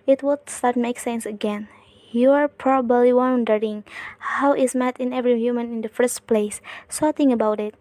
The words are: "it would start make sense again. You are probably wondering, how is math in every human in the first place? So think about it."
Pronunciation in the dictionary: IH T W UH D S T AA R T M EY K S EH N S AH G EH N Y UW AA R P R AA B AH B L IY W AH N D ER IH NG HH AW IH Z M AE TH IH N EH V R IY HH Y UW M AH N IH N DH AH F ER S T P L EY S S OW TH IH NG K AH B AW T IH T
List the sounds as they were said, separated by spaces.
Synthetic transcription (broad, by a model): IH T W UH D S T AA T M EY K S EH N S AH G EH N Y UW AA R P R AA B AH B L IY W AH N D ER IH NG HH AW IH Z M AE T IH N EH V R IY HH Y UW M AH N IH N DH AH F ER S T P L EY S S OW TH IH NG AH B AW T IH T